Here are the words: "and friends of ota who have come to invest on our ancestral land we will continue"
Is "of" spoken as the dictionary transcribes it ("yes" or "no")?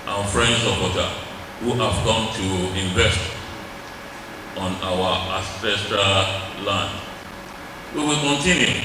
no